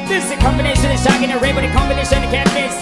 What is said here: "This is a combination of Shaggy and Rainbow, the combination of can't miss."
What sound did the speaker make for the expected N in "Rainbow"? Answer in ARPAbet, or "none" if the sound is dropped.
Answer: none